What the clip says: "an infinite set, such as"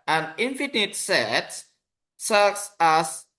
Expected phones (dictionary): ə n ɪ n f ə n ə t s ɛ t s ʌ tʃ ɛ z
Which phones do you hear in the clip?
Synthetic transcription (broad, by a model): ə n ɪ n f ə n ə t s ɛ t s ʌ s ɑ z